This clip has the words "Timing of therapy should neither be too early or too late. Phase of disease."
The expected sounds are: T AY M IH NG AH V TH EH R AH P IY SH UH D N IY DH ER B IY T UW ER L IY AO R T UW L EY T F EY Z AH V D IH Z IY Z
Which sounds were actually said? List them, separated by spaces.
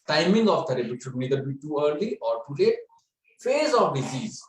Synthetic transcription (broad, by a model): T AY M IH NG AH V T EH R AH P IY SH UH D N IY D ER B IY T UW ER L IY AO R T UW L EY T F EY Z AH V D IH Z IY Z